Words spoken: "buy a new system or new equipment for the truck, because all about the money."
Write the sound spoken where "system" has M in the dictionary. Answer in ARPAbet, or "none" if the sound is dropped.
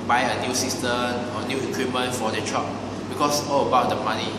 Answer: none